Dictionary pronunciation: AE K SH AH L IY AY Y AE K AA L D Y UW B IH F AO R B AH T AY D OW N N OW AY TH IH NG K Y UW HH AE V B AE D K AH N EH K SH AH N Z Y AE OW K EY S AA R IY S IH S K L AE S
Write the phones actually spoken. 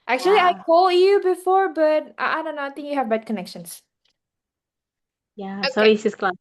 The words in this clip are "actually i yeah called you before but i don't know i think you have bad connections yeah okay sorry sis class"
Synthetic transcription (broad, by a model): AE K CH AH L IY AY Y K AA L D Y UW B IH F AO R B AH T AY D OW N N OW AY T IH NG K Y UW HH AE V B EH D K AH N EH K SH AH N S Y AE S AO IY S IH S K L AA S